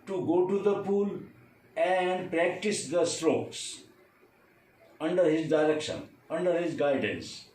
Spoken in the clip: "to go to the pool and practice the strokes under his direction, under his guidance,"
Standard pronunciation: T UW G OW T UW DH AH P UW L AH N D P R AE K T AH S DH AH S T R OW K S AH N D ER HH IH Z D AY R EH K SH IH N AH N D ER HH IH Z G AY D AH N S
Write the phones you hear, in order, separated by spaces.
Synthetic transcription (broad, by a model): T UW G OW T UW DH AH P UW L AH N D P R AE K T AH S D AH S T R OW K S AH N D ER HH IH Z D AY R EH K SH IH N AH N D ER HH IH Z G AY D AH N S